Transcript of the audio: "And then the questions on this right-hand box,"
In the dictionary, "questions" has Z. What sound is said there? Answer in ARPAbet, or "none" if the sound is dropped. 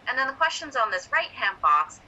Z